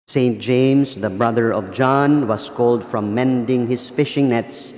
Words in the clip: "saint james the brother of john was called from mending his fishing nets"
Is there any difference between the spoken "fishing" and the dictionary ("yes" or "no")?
no